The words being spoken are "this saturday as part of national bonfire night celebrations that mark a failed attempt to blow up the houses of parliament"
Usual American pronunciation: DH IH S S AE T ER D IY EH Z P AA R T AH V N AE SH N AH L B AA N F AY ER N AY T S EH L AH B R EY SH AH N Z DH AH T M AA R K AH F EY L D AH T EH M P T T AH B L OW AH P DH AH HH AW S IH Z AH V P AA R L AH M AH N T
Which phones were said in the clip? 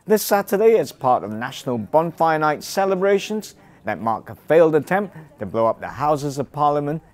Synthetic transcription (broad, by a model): DH IH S S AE T ER D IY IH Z P AA R T AH V N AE SH N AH L B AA N F AY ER N AY T S EH L AH B R EY SH AH N Z DH AH T M AA R K AH F EY L D AH T EH M P T T AH B L OW AH P DH AH HH AW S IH Z AH V P AA R L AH M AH N T